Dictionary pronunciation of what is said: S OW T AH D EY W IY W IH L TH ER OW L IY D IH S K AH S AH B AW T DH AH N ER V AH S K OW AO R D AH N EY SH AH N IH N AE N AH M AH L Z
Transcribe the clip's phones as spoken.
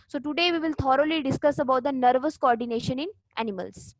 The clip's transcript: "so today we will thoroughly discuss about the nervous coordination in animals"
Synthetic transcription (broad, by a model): S OW T AH D EY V IY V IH L T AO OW L IY D IH S K AH S AH B AW T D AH N ER V AH S K OW AO R D AH N EY SH AH N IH N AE N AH M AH L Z